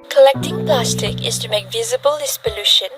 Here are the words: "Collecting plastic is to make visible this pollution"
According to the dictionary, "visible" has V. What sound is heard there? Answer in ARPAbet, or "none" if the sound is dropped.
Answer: V